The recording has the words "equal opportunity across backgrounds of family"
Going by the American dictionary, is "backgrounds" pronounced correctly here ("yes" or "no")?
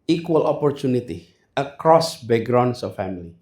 no